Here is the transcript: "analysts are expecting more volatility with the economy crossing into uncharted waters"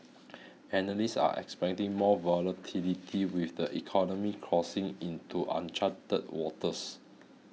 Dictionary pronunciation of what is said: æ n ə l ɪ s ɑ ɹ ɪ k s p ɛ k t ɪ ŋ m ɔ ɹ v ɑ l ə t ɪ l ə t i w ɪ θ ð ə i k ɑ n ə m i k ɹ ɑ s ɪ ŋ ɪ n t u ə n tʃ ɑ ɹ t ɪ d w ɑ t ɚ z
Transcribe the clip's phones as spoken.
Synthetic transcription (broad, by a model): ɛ n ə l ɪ s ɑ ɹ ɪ k s p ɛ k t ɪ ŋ m ɔ v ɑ l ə t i l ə t i w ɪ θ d ə i k ɑ n ə m i k ɹ ɑ s ɪ ŋ ɪ n t u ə n tʃ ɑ t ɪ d w ɑ t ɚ s